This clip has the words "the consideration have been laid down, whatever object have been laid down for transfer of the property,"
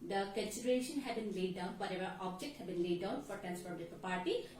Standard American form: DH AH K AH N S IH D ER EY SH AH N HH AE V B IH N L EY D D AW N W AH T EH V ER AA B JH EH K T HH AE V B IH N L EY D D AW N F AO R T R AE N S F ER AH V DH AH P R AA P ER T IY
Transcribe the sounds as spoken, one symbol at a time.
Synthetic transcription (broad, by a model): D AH K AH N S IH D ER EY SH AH N HH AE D B IH N L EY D D AW N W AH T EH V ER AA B JH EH K T HH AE B IH N L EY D D AW N F AO R T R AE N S P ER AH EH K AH P AA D T IY